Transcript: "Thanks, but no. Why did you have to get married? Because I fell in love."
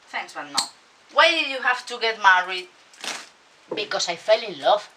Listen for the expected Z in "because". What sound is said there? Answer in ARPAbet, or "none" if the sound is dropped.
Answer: S